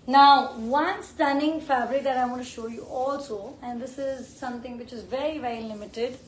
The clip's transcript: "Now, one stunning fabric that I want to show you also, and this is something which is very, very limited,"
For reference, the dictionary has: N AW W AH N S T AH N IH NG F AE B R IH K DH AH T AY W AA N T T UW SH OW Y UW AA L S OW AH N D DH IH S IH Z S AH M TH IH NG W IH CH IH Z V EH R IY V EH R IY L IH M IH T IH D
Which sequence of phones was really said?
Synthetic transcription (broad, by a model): N AW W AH N S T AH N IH NG F AE B R IH K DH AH T AY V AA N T T UW SH OW Y UW AA L S OW AH N D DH IH S IH Z S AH M T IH NG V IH CH IH Z V EH R IY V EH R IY L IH M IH T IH D